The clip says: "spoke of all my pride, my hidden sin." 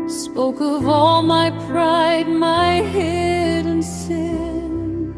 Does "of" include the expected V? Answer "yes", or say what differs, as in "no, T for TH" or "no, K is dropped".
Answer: yes